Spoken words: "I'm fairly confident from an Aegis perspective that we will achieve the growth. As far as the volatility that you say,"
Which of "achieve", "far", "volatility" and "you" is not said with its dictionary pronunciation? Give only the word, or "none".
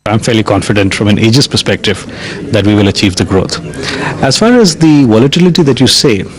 none